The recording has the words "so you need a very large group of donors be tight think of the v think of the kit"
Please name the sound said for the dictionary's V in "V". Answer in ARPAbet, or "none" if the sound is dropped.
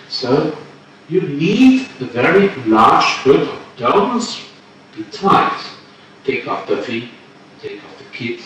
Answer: F